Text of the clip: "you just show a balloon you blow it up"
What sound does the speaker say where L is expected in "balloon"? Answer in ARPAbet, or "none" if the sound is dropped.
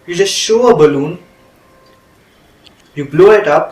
L